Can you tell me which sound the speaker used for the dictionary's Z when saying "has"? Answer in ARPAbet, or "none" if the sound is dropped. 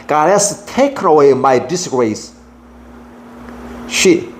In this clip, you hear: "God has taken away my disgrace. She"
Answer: S